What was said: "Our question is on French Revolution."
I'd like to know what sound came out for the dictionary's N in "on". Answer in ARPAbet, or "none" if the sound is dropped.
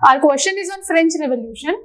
N